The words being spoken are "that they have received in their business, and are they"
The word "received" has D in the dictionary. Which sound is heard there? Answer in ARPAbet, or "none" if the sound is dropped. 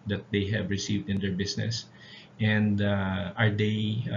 D